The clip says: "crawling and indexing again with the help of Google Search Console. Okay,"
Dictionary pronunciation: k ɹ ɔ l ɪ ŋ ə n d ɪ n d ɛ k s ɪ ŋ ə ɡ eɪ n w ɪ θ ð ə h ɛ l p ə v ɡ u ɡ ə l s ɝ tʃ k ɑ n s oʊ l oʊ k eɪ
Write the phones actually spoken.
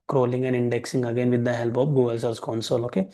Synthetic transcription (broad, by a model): k ɹ ɔ l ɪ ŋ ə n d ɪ n d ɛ k s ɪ ŋ ə ɡ eɪ n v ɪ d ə h ɛ l p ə p ɡ u ɡ ə l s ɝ s k ɑ n s oʊ l oʊ k eɪ